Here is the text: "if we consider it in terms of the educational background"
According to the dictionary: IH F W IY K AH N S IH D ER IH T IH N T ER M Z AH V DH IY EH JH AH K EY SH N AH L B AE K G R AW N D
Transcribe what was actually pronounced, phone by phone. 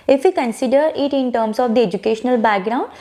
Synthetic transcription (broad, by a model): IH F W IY K AH N S IH D ER IH T IH N T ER M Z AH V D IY EH JH AH K EY SH N AH L B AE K G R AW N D